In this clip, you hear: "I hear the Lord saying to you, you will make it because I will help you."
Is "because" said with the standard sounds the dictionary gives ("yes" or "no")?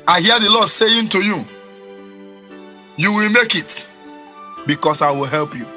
no